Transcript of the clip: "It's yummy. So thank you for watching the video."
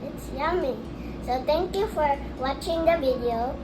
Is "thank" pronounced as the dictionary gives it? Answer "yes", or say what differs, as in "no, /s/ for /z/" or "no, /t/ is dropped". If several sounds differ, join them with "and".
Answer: no, /t/ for /θ/